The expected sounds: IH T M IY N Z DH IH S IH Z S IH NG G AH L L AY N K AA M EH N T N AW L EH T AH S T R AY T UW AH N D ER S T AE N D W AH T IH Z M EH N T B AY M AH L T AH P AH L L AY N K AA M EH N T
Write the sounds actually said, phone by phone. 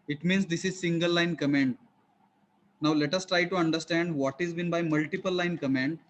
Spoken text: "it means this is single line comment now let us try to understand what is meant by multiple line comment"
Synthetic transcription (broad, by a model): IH T M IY N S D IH S IH Z S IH NG G AH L L AY N K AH M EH N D N AW L EH T AH S T R AY T UW AH N D ER S T AE N D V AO T IH Z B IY N B AY M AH L T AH P AH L L AY N K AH M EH N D